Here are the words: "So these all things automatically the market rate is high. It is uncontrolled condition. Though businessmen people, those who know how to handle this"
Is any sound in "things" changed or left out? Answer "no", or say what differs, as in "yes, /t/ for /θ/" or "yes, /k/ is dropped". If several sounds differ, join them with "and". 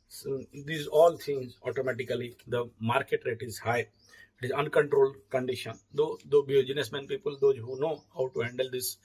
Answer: yes, /t/ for /θ/